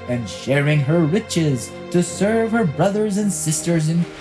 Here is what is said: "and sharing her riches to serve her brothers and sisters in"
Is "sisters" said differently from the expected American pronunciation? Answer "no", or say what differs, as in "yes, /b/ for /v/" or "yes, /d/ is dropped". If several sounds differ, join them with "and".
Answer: no